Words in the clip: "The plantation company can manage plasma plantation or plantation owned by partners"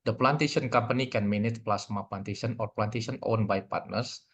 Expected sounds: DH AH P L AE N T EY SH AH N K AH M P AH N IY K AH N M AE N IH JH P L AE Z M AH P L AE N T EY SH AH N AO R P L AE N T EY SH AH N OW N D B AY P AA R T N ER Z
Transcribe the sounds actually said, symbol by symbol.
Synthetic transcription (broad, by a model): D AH P L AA N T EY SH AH N K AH M P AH N IY K AH N M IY N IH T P L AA S M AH P L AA N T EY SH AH N AO R P L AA N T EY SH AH N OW N B AY P AA R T N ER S